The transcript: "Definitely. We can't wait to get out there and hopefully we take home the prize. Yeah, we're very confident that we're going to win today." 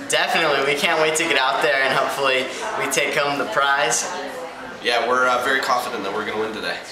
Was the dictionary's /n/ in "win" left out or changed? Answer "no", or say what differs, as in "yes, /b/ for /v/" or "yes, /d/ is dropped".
no